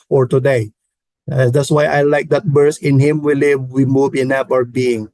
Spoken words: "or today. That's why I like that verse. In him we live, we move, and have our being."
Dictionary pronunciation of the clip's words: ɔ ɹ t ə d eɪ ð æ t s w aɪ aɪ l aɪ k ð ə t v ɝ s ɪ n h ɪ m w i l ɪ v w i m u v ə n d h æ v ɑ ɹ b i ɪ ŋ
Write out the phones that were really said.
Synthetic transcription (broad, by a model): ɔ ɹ t ə d eɪ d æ t s w aɪ aɪ l aɪ k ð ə t b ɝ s ɪ n h ɪ m w i l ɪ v w i m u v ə n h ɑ p ɑ ɹ b i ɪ ŋ